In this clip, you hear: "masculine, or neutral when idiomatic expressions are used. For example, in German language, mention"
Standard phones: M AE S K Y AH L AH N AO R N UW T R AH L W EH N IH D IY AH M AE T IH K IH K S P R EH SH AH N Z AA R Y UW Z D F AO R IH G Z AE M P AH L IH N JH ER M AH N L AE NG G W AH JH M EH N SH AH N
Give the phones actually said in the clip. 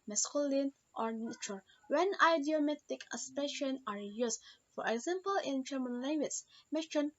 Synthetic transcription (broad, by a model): M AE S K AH L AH N AO R N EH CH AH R W EH N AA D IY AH M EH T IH K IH S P EH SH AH N AA R Y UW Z F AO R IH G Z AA M P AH L IH N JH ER M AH N L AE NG G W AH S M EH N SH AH N